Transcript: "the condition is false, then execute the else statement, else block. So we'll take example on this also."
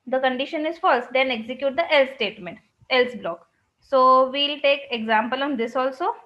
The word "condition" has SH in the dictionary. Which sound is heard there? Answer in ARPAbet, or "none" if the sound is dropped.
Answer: SH